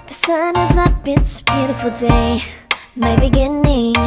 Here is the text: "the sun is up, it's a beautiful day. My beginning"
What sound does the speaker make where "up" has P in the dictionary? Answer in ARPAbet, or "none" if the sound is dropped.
B